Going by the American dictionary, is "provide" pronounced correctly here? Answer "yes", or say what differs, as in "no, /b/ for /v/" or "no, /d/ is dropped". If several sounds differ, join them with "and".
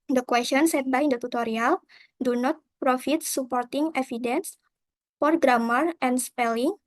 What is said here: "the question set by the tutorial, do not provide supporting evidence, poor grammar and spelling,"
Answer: no, /f/ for /v/